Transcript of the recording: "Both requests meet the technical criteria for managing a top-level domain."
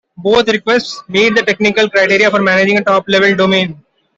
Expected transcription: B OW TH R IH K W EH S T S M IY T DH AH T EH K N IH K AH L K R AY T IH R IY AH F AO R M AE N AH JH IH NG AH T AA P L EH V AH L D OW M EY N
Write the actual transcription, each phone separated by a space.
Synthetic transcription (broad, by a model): B OW T R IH K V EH S T S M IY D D AH T EH K N IH K AH L K R AY T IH R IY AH F AO R M AE N AH JH IH NG AH T AA P L EH V AH L D OW M EY N